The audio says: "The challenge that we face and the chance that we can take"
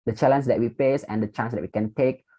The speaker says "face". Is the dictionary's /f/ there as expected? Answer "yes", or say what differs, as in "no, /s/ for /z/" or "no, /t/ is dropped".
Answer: no, /p/ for /f/